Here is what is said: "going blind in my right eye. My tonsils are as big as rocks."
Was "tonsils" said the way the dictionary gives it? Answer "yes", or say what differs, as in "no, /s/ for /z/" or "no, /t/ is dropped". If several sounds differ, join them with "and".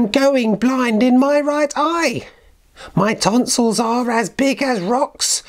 yes